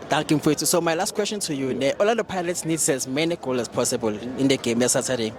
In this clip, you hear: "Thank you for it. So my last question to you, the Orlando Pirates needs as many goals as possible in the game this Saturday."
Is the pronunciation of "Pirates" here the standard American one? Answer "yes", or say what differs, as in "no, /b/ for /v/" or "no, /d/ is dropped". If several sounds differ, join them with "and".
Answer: no, /l/ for /ɹ/